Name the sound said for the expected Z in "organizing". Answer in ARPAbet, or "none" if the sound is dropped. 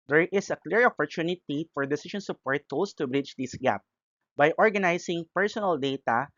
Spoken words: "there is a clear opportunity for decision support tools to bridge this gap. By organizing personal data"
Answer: S